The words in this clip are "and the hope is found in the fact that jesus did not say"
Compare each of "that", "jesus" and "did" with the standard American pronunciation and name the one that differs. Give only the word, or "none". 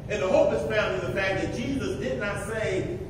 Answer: none